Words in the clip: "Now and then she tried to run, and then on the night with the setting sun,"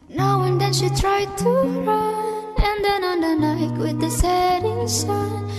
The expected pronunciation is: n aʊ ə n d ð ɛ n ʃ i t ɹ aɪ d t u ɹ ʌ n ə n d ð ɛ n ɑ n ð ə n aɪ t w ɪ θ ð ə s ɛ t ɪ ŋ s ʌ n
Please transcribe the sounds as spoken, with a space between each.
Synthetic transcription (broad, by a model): n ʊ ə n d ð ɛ n ʃ i t ɹ aɪ d t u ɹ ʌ ə n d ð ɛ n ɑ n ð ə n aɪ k w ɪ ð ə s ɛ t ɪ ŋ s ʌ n